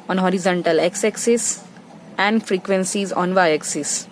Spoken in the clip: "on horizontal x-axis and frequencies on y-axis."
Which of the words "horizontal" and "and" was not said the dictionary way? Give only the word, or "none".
none